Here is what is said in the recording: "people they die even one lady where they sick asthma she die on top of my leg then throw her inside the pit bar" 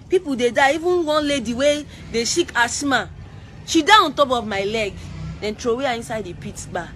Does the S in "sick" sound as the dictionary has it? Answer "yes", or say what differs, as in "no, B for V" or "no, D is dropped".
no, SH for S